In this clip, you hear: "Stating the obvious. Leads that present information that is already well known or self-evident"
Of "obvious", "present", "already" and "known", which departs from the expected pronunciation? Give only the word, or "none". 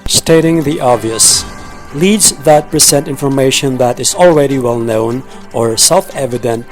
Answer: present